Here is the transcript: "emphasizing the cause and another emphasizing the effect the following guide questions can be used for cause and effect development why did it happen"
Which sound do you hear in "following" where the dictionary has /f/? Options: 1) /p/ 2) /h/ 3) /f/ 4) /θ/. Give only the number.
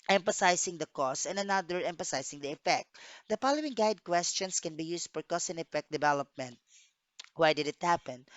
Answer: 1